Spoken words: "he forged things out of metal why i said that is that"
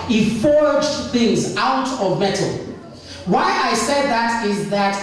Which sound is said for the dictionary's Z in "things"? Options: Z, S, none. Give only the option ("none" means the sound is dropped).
Z